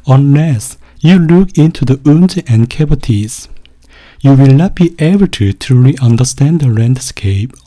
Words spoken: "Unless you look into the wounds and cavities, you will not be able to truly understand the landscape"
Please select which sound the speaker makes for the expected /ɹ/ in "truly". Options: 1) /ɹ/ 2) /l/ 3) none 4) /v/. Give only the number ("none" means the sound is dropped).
3